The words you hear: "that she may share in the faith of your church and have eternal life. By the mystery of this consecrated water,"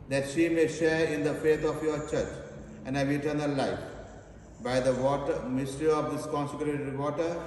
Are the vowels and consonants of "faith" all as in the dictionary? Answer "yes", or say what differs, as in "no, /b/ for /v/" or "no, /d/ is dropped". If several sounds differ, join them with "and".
no, /t/ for /θ/